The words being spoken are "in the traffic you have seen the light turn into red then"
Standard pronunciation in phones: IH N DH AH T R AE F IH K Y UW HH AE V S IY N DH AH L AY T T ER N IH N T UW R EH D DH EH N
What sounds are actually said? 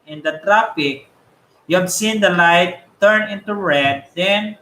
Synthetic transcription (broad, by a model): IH N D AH T R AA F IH K Y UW HH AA B S IY N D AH L AY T T ER N IH N T UW R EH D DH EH N